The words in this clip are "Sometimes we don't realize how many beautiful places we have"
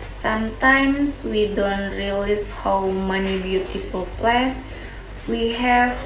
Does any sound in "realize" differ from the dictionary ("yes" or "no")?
yes